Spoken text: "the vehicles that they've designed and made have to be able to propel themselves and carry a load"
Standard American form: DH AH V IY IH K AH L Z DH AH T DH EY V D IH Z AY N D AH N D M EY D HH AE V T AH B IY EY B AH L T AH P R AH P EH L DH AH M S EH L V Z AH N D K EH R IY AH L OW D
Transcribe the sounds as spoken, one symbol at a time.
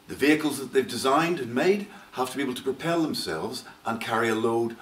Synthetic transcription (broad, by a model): DH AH V IY IH K AH L Z DH AH T DH EY V D IH Z AY N D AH N M EY D HH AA F T AH B IY EY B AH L T AH P R AH P EH L DH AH M S EH L V Z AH N K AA R IY AH L OW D